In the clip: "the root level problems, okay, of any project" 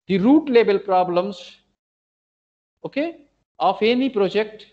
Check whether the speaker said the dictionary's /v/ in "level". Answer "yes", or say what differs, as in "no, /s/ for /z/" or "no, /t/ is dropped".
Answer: no, /b/ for /v/